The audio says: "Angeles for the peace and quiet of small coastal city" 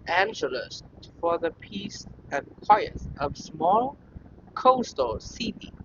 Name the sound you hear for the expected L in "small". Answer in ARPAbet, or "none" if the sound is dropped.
L